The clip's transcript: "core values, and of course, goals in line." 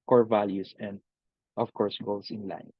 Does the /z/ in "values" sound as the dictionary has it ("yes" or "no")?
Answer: no